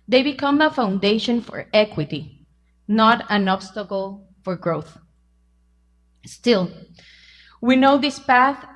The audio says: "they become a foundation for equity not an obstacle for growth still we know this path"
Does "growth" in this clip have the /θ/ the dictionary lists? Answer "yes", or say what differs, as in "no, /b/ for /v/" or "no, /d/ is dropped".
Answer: yes